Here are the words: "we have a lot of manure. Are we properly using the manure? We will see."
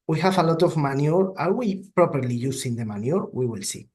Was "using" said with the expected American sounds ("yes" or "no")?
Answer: no